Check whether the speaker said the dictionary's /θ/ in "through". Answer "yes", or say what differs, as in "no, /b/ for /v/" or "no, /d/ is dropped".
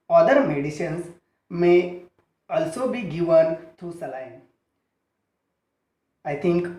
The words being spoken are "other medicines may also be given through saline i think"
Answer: no, /t/ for /θ/